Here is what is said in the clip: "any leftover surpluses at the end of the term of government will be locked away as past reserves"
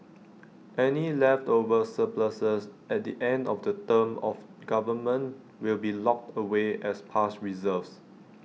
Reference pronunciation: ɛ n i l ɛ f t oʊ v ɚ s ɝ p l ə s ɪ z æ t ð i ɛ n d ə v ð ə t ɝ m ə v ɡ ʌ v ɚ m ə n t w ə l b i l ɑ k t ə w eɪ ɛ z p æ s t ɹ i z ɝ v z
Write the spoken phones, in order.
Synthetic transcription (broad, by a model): ɛ n i l ɛ f t oʊ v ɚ s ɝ p l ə s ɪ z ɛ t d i ɛ n d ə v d ə t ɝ m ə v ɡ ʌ v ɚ m ə n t w ə l b i l ɑ k t ə w eɪ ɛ s p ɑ s t ɹ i z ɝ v s